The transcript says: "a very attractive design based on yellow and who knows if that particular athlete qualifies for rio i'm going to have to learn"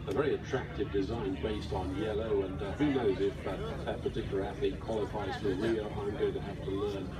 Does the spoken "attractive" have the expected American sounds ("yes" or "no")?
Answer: yes